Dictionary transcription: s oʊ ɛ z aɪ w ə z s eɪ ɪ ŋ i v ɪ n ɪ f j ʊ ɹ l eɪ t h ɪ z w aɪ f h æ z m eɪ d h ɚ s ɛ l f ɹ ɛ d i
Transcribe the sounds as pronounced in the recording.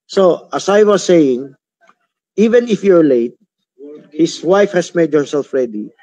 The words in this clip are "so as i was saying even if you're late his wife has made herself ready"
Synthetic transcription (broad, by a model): s oʊ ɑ s aɪ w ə s eɪ ɪ ŋ i v ɪ n ɪ f j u ɹ l eɪ t h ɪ s w aɪ f h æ s m eɪ d h ɚ s ɛ l f ɹ ɛ d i